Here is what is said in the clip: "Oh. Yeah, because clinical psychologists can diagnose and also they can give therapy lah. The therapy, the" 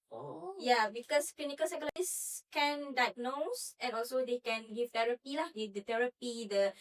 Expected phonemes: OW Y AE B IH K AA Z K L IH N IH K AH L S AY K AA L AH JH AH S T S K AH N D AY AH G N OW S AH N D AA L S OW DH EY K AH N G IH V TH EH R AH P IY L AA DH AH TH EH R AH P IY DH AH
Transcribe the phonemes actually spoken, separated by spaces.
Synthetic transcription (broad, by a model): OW Y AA B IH K AA S K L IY N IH K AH L S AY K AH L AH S S K AH N D AY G N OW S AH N AA L S OW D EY K AH N G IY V T EH R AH P IY L AA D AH T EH R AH P IY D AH